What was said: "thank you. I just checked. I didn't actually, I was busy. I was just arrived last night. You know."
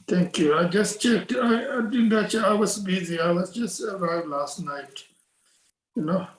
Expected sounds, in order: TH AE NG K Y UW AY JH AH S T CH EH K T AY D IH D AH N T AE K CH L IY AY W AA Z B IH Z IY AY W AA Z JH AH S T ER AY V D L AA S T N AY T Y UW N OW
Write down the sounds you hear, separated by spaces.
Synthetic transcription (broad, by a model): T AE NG K Y UW AY JH AH S T CH EH K T AY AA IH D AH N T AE CH IY AY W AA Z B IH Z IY AY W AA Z JH AH S T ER AY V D L AA S T N AY T Y UW N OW